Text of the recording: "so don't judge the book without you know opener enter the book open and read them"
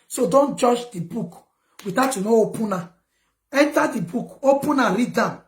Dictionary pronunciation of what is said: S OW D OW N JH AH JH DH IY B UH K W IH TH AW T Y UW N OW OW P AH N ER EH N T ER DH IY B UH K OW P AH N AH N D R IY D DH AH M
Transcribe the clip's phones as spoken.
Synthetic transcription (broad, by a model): S OW D OW N JH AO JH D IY B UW K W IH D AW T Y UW N OW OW P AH N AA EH N T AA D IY B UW K OW P AH N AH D R IY D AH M